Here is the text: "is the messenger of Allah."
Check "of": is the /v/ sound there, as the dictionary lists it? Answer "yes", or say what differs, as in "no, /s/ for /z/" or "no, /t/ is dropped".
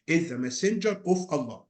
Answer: no, /f/ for /v/